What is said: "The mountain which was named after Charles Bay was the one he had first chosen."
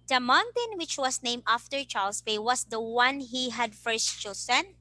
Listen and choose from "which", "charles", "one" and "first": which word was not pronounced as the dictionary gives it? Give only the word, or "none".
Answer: charles